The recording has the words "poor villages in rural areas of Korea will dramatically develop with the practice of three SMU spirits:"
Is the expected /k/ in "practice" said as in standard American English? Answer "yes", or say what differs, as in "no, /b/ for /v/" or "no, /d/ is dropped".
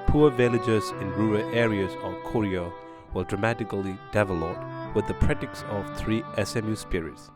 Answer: no, /k/ is dropped